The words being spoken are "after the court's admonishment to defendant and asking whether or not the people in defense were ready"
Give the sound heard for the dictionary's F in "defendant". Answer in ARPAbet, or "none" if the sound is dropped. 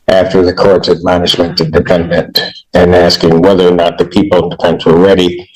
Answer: P